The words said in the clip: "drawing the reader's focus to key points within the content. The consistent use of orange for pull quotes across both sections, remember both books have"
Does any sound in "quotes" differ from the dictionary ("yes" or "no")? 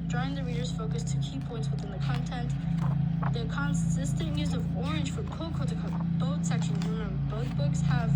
yes